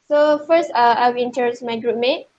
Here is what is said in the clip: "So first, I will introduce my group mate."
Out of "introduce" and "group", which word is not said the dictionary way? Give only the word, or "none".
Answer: introduce